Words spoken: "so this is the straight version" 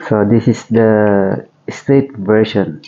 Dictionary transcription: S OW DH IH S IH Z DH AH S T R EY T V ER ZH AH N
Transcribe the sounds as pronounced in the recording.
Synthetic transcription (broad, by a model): S OW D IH S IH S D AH S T EY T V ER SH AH N